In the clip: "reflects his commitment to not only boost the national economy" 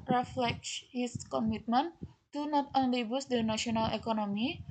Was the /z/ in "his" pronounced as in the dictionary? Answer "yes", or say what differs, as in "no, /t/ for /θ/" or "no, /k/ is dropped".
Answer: no, /s/ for /z/